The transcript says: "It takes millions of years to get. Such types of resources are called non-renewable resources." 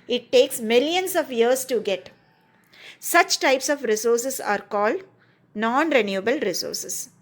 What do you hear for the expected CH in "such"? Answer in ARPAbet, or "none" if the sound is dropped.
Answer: CH